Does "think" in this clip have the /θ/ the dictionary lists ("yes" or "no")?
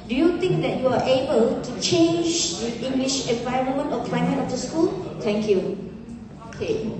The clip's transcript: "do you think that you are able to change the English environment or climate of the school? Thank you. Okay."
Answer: no